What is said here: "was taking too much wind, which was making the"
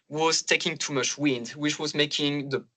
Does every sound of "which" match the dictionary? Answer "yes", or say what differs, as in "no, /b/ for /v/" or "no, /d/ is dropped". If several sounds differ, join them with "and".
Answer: yes